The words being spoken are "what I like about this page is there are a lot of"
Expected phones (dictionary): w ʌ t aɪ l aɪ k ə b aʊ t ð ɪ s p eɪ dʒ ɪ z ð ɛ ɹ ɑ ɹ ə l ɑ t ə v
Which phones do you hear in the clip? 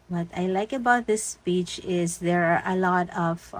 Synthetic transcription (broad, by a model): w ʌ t aɪ l aɪ k ə b aʊ t ð ɪ s p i tʃ ɪ z ð ɛ ɹ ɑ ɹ ə l ɑ t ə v